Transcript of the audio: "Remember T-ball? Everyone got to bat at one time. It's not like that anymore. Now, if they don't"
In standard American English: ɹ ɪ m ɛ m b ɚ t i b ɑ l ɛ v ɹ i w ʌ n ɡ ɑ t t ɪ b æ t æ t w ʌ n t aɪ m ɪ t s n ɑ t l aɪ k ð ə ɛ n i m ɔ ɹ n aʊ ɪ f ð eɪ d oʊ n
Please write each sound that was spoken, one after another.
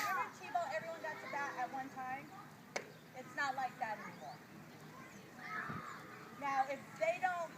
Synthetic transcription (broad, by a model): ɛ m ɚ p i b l ɛ v ɹ i w ʌ n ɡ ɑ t s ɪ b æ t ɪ t w ʌ n t aɪ m ɪ t s n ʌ t l aɪ k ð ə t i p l n aʊ ɪ f ð eɪ d oʊ n